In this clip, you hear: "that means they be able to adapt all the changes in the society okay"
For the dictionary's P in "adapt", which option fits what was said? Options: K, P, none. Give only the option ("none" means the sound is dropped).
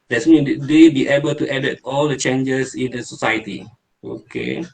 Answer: none